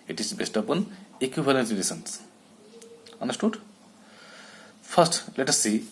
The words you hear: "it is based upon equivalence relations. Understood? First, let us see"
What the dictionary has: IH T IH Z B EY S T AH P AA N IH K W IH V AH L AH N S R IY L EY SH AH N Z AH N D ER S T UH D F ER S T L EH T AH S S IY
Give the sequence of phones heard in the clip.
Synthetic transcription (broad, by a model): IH T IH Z B EY S T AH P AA N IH K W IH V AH L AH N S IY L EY S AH N S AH N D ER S T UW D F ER S T L EH T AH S S IY